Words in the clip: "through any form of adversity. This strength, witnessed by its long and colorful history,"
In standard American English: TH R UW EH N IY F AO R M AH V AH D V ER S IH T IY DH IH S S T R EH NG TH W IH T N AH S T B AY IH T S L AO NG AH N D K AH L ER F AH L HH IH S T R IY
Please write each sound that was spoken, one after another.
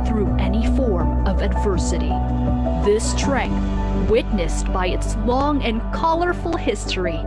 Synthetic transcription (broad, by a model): TH R UW EH N IY F AO R M AH V AH D V ER S IH T IY DH IH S S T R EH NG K W IH T N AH S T B AY IH T S L AO NG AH N K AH L ER F L HH IH S T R IY